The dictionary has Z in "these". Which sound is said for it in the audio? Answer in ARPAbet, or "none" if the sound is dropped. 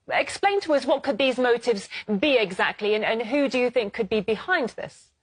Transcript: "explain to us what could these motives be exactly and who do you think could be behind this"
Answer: Z